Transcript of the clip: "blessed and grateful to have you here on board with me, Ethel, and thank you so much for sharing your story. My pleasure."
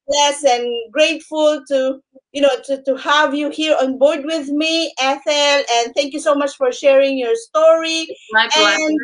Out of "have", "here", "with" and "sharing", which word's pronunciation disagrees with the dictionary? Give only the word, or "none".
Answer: none